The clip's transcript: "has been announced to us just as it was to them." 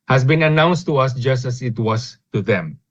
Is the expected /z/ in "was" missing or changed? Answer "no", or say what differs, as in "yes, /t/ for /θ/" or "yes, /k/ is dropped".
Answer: yes, /s/ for /z/